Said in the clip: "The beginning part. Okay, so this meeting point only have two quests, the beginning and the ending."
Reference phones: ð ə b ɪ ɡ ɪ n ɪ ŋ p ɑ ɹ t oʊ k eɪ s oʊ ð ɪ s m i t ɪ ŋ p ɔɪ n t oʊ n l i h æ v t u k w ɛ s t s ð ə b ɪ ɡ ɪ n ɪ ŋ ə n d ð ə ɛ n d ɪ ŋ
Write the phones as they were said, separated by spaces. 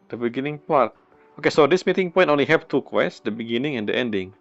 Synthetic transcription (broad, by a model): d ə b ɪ ɡ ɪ n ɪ ŋ p ɑ ɹ t oʊ k eɪ s oʊ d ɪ s m i t ɪ ŋ p ɔɪ n t oʊ n l i h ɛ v t u k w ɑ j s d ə b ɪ ɡ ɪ n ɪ ŋ ə n d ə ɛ n d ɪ ŋ